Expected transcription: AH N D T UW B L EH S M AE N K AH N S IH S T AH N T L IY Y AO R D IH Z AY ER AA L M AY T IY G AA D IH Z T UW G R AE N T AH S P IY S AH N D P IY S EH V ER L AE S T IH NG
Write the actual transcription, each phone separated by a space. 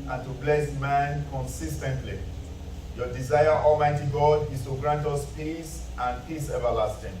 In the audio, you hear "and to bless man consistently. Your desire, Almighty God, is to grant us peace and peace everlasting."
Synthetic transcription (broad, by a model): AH N T UW B L EH S M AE N K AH N S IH S T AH N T L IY Y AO D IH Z AY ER AA L M AY T IY G AA D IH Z T UW G R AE N T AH S P IY S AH N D P IY S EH V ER L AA S T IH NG